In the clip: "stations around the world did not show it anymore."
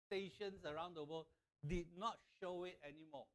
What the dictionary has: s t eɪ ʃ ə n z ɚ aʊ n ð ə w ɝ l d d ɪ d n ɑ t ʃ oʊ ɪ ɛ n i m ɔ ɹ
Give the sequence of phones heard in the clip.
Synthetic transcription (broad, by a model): t eɪ ʃ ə n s ɚ aʊ n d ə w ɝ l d d ɪ d n ɑ t ʃ oʊ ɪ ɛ n i m ɔ